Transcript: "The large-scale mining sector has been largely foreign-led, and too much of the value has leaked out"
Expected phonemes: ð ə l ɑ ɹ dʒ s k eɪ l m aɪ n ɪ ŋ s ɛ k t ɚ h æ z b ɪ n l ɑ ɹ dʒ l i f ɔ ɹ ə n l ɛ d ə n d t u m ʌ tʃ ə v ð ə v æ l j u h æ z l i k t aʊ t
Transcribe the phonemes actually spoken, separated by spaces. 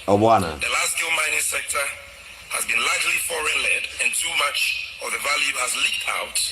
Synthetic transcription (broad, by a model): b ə n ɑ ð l s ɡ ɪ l m aɪ n ɪ ŋ s ɛ k t ɚ h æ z b ɪ n l ɑ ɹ dʒ l i f ɔ ɹ ə n l ɛ d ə n t u m ʌ tʃ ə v ð ə v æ l j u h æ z l i k t aʊ t